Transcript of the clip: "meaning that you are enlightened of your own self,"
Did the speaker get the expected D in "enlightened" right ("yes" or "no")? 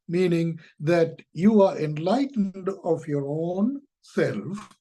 yes